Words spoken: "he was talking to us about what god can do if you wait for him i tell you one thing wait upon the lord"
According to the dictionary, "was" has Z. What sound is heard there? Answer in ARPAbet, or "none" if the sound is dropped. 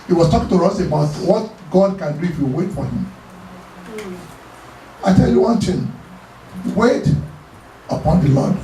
S